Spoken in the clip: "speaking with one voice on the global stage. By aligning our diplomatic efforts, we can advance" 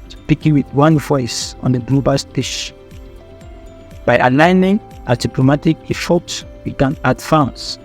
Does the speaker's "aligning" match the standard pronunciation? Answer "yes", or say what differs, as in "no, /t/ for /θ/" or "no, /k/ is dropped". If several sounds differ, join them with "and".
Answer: yes